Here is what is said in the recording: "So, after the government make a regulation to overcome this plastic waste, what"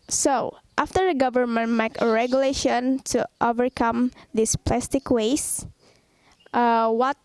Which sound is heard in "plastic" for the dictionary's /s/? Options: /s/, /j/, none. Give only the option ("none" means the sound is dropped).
/s/